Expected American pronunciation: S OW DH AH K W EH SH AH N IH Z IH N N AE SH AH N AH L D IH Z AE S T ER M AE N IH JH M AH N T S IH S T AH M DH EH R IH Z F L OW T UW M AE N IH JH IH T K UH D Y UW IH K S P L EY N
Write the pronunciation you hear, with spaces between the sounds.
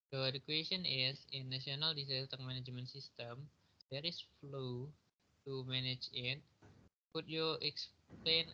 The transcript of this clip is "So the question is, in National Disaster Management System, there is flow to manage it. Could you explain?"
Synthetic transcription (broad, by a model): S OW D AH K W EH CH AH N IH S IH N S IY AH N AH L D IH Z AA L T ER M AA N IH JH M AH N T S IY S T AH M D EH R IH S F L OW T UW M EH N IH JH IH T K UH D Y UW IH K S P L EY N